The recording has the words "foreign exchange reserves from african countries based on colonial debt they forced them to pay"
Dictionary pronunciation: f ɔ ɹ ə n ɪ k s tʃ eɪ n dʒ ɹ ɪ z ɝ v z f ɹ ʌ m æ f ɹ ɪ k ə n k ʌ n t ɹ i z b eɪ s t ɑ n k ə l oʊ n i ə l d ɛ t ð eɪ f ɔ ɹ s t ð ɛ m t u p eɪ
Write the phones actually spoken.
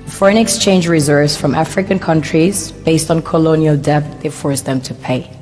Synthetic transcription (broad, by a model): f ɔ ɹ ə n ɪ k s tʃ eɪ n dʒ ɹ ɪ z ɝ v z f ɹ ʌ m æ f ɹ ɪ k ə n k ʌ n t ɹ i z b eɪ s t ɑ n k ə l oʊ n i ə l d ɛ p ð eɪ f ɔ ɹ s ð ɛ m t u p eɪ